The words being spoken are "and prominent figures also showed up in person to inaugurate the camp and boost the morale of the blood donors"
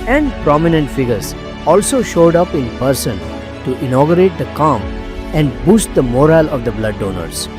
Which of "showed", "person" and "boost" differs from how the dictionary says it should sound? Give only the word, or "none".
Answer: none